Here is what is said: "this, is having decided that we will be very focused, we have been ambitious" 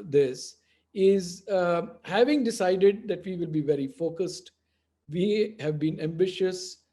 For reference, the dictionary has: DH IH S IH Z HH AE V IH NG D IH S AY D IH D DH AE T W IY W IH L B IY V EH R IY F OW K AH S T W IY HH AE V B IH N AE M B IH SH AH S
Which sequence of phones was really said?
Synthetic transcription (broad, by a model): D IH S IH Z HH AE V IH NG D IH S AY D IH D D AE T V IY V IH L B IY V EH R IY F OW K AH S T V IY HH AE V B IH N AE M B IH SH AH S